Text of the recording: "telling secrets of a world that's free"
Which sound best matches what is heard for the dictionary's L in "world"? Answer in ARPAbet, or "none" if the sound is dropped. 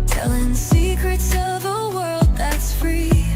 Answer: L